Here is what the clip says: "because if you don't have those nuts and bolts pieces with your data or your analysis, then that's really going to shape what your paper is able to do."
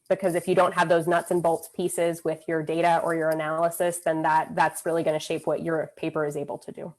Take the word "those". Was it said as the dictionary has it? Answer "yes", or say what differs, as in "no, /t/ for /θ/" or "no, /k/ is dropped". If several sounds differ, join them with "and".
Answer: yes